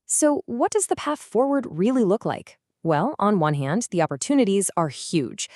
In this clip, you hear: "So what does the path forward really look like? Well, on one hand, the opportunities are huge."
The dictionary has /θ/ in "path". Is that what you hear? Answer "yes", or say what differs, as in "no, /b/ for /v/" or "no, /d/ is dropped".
yes